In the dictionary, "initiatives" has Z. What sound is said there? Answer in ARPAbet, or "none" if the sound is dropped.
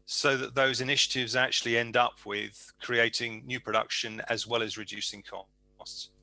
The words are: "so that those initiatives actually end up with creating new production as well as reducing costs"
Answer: Z